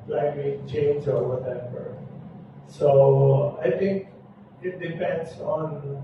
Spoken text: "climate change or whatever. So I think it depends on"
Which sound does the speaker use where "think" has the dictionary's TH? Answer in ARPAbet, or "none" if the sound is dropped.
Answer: T